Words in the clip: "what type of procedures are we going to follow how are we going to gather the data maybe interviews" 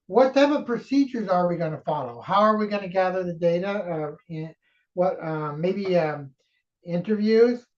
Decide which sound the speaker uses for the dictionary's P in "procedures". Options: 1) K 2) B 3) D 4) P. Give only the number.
4